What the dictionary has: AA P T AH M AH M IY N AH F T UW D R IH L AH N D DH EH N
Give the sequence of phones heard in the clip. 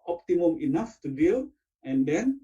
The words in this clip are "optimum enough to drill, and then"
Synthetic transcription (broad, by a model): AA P T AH M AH M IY N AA F T UW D IH L AH N D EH N